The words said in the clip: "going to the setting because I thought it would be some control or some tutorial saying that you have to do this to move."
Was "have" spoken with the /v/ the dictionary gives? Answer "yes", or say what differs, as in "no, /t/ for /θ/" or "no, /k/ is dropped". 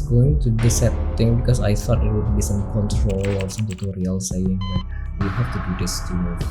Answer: no, /f/ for /v/